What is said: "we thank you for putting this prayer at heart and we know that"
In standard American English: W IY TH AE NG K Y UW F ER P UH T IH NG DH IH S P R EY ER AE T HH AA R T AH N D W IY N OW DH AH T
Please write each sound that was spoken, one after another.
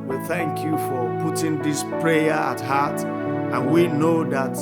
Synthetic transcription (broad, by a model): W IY TH AE NG K Y UW F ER P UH T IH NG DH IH S P R EY ER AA T HH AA T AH N W IY N OW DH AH T